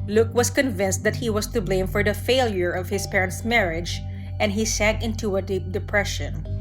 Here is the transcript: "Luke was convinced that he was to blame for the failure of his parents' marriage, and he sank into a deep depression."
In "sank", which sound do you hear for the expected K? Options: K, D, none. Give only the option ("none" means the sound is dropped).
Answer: K